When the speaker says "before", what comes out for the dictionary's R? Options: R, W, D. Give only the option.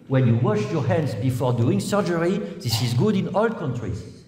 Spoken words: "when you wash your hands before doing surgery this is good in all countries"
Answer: R